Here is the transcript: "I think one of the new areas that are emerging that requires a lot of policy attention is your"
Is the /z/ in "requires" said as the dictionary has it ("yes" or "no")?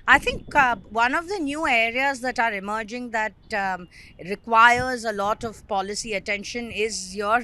yes